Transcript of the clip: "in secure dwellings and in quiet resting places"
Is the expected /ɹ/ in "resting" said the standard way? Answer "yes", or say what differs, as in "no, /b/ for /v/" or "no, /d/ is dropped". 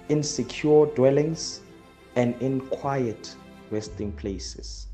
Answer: no, /w/ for /ɹ/